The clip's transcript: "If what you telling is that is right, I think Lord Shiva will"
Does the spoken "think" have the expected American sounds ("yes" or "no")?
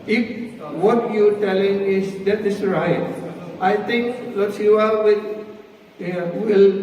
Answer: no